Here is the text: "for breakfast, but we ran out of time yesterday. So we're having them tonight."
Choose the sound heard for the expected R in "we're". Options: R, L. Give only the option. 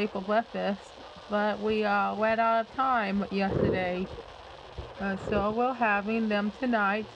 L